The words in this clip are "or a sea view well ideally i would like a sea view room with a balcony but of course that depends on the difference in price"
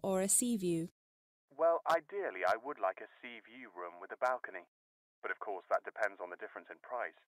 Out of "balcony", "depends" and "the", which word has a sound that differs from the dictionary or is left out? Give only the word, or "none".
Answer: none